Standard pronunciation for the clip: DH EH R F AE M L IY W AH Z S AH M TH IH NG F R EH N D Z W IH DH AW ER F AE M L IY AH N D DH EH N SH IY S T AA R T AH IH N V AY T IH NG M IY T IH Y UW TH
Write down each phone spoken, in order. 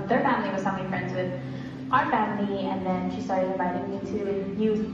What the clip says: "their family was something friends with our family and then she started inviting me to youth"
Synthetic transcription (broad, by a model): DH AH R F AE M L IY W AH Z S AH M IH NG F R EH N D Z W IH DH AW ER F AE M L IY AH N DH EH N SH IY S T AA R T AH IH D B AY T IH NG T IH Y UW